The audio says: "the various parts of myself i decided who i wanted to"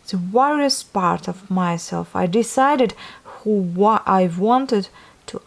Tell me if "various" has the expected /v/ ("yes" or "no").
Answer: no